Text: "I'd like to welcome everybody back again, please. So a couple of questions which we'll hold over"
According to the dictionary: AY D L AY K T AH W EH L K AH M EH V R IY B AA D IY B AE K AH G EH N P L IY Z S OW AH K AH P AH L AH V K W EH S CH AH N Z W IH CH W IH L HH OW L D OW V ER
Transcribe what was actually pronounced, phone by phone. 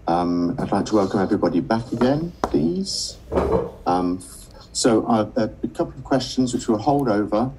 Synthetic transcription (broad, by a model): AY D L AY K T AH W EH L K AH M EH V R IY B AA D IY B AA K AH G EH N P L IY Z S OW AH K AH P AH L AH V K W EH S CH AH N Z W IH CH W IH L HH OW L D OW V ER